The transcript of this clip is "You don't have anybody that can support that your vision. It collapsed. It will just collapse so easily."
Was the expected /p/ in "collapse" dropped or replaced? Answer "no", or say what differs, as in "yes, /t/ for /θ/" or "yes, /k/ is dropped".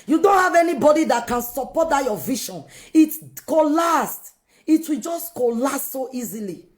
yes, /p/ is dropped